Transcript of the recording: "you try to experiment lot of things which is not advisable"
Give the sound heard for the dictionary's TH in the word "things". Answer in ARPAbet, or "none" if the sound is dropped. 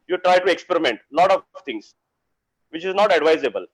T